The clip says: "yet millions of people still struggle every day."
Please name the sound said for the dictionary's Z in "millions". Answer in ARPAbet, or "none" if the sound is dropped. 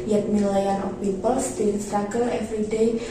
none